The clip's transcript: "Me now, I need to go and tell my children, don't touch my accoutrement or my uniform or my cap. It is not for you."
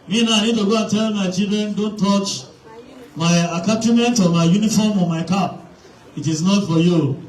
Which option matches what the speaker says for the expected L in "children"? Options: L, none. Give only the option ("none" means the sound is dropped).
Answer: none